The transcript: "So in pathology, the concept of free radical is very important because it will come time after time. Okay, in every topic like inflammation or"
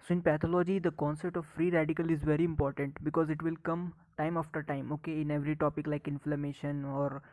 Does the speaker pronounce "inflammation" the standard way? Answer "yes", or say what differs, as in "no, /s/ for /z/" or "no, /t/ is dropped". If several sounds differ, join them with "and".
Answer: yes